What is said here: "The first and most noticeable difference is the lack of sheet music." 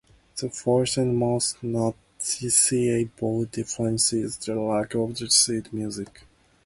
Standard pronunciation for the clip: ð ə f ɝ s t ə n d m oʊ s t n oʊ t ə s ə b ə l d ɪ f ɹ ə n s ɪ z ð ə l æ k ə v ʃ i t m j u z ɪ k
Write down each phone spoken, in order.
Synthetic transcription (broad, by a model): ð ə f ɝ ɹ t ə n m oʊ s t n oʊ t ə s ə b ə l d ɪ f ɹ ə n s ɪ z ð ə l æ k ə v s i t m j u z ɪ k